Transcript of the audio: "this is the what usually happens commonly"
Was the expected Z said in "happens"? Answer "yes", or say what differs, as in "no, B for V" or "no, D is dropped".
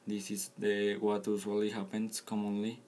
no, S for Z